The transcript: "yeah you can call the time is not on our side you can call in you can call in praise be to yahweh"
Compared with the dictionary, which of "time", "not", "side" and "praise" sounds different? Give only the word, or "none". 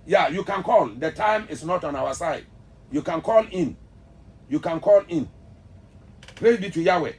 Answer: praise